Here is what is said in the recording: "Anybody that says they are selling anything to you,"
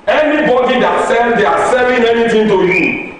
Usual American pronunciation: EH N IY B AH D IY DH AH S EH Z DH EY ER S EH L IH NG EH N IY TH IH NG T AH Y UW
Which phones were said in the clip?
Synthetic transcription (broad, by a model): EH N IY B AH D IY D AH S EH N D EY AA S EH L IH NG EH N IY T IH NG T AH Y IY